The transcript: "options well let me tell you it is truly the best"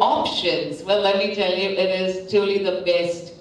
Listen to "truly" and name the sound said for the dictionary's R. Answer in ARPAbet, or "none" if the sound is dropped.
none